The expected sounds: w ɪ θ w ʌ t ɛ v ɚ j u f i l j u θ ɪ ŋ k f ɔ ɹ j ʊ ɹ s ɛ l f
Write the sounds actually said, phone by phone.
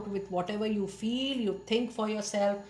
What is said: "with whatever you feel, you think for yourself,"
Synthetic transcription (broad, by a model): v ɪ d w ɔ t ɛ v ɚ j u f i l j u t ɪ ŋ k f ɔ ɹ j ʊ ɹ s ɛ l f